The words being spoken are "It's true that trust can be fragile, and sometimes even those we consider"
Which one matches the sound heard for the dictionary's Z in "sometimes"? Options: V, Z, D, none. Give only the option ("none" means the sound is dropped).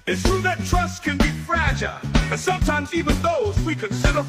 Z